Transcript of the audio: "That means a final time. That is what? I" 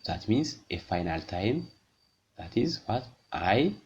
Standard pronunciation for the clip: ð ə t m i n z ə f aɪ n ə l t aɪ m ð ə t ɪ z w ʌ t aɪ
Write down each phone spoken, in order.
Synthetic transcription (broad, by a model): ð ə t m i n z ə f aɪ n ə l t aɪ m ð ə t ɪ z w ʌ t aɪ